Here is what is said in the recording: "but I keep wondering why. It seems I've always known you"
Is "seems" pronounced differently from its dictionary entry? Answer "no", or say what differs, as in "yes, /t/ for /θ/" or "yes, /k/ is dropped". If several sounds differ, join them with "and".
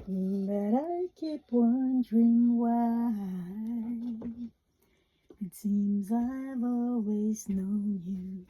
no